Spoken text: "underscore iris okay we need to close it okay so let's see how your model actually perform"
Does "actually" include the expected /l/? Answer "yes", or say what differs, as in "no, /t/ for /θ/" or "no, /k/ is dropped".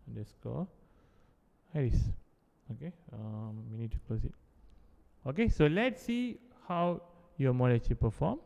no, /l/ is dropped